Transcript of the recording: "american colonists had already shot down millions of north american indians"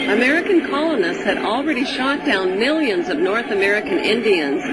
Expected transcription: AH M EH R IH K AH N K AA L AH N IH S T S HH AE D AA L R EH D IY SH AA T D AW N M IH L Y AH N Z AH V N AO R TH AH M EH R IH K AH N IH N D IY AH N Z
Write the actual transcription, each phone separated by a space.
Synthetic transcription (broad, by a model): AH M EH R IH K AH N K AA L AH N IH S T S HH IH D L R EH D IY SH AA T D AW N M IH L Y AH N Z AH V N AO R TH AH M EH R IH K AH N IH N D IY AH N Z